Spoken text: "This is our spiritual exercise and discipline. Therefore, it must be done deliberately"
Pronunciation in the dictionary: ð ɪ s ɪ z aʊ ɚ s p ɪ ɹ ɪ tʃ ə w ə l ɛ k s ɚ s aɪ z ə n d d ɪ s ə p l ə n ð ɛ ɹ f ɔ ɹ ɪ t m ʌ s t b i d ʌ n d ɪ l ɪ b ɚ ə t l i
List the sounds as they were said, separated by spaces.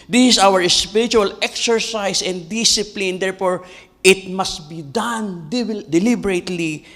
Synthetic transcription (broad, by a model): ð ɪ s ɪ s aʊ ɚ s p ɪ ɹ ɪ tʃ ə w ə l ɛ k s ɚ s aɪ s ə n d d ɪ s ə p l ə n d ɛ ɹ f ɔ ɹ ɪ t m ʌ s t b i d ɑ n d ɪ l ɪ b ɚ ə t l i